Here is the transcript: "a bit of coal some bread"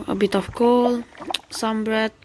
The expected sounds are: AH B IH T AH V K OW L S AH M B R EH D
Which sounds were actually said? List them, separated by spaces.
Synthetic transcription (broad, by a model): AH B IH T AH F K OW L S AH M B R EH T